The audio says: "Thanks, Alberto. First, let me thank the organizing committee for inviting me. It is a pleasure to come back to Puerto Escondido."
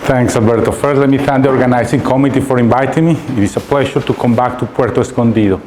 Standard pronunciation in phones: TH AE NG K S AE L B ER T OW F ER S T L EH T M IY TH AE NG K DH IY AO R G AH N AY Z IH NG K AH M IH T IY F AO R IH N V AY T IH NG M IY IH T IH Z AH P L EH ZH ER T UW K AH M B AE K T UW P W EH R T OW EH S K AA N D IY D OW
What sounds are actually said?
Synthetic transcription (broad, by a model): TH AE NG K S AE L B ER T OW F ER T L EH T M IY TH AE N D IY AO R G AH N AY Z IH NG K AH M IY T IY F AO R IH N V AY T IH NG M IY IH T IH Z AH P L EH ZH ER T UW K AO M B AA K T UW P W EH R T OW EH S K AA N D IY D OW